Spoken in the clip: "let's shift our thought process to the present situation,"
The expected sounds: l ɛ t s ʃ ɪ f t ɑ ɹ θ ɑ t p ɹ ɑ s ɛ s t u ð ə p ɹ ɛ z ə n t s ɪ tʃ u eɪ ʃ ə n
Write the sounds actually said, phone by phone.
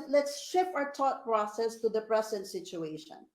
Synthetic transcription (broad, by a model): l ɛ t s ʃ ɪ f ɑ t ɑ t p ɹ ɑ s ɛ s t u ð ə p ɹ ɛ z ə n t s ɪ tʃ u eɪ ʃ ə n